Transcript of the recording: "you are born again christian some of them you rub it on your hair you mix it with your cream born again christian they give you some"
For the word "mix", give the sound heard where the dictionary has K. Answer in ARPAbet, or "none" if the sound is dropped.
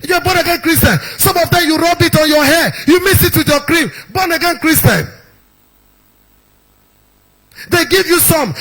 none